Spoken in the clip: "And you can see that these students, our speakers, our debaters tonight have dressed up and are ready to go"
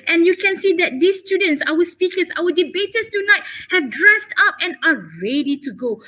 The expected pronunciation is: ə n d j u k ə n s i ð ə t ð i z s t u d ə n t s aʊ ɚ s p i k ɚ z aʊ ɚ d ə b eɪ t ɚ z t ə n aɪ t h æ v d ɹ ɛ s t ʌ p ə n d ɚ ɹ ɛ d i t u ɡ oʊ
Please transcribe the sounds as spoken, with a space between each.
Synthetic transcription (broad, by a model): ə n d j u k ə n s i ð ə t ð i s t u d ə n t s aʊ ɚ s p i k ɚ s aʊ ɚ d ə b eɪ t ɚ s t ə n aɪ t h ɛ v d ɹ ɛ s t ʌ p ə n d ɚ ɹ ɛ d i t u ɡ oʊ